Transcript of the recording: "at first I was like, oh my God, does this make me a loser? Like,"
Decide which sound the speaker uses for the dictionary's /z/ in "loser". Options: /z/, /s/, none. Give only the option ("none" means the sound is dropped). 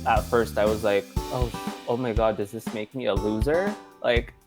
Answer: /z/